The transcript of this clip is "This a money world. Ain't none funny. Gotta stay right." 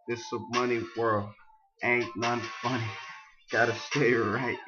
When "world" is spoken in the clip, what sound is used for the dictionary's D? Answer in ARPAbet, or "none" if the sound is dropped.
none